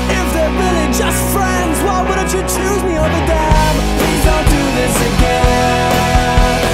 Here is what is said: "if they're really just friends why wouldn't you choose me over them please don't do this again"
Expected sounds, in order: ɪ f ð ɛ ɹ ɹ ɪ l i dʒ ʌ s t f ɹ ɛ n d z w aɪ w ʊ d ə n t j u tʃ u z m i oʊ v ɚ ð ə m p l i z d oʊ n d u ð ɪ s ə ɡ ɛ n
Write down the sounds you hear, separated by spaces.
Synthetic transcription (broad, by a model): ɪ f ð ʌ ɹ ɹ ɪ l i dʒ ʌ s t f ɹ ɛ n d z w aɪ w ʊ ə t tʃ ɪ tʃ u z m i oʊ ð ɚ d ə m p l i z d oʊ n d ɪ ð ɪ s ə ɡ ɛ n